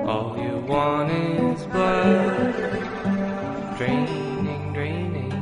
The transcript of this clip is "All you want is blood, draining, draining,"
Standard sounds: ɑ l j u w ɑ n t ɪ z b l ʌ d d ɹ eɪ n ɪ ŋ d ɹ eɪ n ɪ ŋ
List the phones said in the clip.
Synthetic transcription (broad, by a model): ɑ l j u w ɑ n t ɪ z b ʌ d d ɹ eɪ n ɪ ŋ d ɹ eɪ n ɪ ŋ